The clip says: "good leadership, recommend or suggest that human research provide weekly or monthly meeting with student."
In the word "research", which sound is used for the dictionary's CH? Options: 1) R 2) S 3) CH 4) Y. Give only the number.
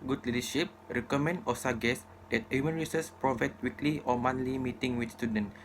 2